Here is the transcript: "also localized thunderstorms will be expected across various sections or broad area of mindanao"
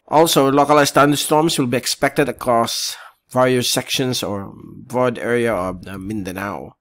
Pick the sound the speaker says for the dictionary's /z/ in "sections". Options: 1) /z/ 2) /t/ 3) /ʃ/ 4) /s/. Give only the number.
4